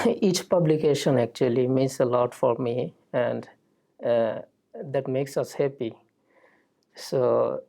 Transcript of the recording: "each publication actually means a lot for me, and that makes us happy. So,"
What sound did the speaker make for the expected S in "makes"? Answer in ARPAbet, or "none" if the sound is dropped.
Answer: S